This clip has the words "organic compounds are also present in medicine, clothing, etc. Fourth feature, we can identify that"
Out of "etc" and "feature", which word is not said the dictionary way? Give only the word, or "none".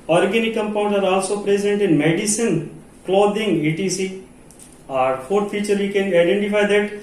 etc